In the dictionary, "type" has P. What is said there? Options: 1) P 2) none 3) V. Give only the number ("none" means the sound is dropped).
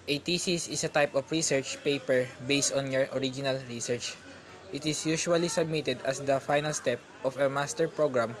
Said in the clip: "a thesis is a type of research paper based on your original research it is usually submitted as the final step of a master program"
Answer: 1